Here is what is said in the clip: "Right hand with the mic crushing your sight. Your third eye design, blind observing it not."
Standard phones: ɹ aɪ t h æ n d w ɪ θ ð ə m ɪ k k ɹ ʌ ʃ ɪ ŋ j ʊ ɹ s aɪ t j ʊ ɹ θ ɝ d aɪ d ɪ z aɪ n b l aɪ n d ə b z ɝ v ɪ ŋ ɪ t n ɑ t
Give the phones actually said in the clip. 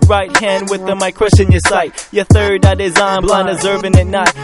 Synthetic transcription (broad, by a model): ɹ aɪ t h æ n d w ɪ ð ə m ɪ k k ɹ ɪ s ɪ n j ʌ ɹ s aɪ t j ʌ ɹ θ ɝ d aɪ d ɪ z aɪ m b l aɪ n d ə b z ɝ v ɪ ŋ ɪ t n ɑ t